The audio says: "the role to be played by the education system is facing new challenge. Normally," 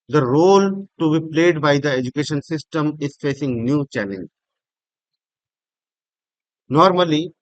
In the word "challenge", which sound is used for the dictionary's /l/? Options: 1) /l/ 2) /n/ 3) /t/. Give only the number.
2